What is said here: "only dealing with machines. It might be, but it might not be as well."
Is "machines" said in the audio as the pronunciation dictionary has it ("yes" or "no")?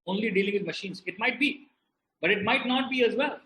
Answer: yes